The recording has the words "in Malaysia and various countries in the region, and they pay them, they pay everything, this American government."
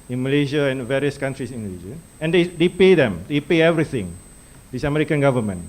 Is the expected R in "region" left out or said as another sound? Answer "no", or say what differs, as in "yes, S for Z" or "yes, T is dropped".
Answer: yes, L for R